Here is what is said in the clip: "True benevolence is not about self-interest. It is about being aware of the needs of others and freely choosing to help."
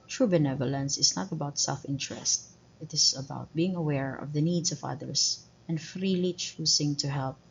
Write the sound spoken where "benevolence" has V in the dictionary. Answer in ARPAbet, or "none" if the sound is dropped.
V